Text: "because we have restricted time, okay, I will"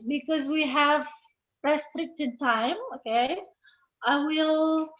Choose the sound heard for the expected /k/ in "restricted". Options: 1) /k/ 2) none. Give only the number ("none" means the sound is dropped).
1